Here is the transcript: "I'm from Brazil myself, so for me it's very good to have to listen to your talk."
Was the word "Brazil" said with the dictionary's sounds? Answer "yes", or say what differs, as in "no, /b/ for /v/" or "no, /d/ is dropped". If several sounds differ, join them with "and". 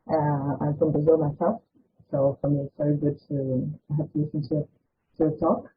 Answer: no, /ɹ/ is dropped